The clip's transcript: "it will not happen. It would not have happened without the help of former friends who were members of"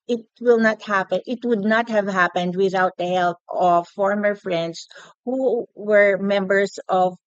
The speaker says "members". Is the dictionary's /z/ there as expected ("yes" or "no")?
no